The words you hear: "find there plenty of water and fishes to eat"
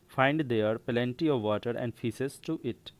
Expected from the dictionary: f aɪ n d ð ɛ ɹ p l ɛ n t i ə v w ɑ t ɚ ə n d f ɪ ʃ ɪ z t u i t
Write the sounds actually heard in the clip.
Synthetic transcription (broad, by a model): f aɪ n d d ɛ ɹ p l ɛ n t i ə v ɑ t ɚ ə n d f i s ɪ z t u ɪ t